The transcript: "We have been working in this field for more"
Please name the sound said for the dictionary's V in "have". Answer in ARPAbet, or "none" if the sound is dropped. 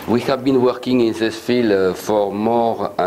V